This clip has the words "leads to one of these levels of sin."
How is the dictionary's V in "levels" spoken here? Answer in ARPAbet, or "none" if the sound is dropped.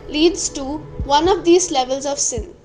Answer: V